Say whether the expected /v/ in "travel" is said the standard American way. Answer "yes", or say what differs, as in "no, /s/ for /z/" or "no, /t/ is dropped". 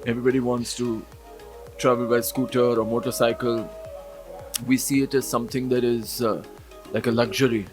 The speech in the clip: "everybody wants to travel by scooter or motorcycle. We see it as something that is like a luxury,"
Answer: yes